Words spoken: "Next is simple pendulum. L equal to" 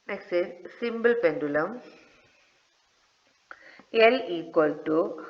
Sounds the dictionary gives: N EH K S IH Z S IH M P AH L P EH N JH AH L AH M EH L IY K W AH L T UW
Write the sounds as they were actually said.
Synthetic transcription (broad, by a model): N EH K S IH S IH M B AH L P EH N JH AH L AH M EH L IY K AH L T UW